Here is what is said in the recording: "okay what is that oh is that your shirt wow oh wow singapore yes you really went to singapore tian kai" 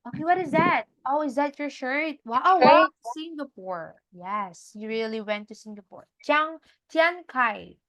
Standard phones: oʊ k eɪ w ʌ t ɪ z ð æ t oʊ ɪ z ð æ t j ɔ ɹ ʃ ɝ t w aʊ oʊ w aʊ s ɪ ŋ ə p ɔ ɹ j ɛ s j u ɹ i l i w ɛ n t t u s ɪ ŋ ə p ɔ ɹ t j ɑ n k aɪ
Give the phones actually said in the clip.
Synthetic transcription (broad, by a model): oʊ k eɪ w ʌ t ɪ z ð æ t oʊ ɪ z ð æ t j ɔ ɹ ʃ ɝ t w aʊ oʊ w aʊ s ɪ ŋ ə p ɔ ɹ j ɛ s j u ɹ i l i w ɛ n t t u s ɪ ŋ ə p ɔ ɹ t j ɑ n k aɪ